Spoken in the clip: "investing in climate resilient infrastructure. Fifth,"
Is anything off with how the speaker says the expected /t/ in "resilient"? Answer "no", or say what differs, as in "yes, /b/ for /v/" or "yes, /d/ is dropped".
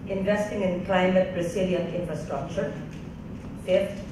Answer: yes, /t/ is dropped